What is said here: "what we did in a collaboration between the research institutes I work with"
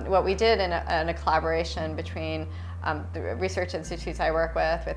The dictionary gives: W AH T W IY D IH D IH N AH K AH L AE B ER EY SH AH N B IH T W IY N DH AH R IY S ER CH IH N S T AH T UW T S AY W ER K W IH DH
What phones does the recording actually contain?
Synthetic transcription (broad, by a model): W AH T W IY D IH D IH N AH K AH L AE B ER EY SH AH N B IH T W IY N DH AH R IY S ER CH IH N S T AH T UW T S AY W ER K W IH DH